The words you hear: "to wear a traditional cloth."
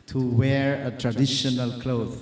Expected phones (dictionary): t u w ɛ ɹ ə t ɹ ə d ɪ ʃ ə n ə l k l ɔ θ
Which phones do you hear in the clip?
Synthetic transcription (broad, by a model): t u w ɛ ɹ ə t ɹ ə d ɪ ʃ ə n ə l k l ɔ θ